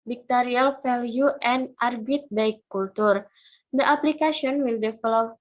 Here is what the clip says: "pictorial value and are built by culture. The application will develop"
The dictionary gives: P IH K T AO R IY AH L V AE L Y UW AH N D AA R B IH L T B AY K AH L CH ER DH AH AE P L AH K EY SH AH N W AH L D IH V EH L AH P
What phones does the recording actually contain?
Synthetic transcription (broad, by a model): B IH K T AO R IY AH L F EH L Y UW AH N AA R B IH T B AY K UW L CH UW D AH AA P L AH K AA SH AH N W AH L D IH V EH L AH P